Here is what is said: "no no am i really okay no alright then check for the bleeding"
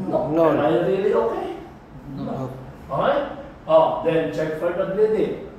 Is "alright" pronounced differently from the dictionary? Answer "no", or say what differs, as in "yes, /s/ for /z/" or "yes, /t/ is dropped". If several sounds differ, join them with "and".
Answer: yes, /l/ is dropped